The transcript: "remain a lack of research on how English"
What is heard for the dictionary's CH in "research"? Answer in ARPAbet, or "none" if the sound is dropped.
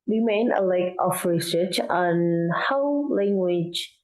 CH